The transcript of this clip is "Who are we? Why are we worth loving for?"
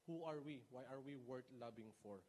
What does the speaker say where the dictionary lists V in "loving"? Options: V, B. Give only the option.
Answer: B